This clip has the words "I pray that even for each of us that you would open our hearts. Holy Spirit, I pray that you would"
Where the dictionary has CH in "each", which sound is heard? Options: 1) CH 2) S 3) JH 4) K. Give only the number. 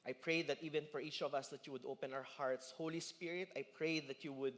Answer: 1